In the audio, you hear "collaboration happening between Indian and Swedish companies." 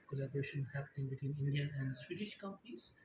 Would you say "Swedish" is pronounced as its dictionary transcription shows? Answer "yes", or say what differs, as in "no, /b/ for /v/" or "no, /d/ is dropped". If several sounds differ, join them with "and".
yes